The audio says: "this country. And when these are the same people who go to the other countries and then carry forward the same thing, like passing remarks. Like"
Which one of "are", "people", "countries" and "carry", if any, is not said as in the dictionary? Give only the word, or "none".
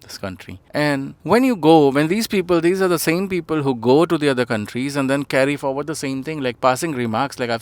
none